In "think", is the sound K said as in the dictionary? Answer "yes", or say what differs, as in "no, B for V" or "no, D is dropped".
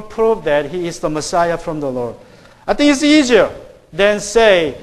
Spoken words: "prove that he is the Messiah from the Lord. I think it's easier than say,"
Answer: no, K is dropped